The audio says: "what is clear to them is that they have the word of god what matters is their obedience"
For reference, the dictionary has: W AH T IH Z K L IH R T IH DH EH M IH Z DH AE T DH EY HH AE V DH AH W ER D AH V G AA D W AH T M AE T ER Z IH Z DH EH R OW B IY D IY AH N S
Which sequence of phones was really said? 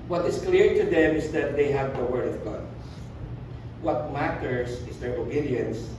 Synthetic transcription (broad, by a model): W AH T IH S K L IH R T IH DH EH M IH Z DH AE T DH EY HH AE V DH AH W ER D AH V G AA D W AH T M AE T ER S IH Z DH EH R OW B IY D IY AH N S